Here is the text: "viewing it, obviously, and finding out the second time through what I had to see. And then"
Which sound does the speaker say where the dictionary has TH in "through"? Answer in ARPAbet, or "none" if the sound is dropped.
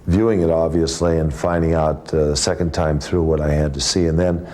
TH